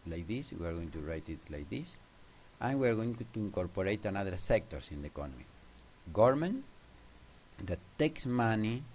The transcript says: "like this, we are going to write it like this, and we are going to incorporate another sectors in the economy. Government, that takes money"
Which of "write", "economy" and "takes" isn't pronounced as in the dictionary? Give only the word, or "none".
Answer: none